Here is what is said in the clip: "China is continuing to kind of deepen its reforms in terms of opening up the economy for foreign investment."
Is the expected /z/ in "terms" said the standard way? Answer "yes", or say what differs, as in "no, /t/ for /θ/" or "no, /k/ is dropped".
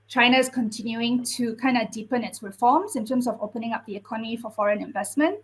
no, /s/ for /z/